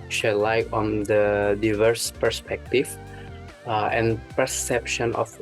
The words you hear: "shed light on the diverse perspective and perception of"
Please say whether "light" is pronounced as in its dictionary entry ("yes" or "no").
no